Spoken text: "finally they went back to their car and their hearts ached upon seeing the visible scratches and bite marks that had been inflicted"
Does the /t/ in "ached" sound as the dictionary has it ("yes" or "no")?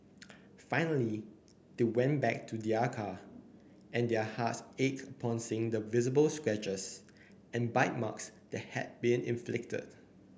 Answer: no